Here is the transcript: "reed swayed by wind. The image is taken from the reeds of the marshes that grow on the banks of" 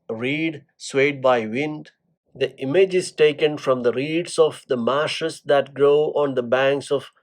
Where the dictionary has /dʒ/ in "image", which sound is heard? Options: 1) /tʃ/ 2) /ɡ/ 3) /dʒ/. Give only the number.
3